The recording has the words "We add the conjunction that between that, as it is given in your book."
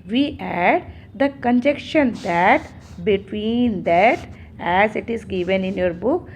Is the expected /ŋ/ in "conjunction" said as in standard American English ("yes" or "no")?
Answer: no